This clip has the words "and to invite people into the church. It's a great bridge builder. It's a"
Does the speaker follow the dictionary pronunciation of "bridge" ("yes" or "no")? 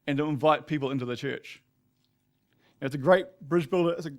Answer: yes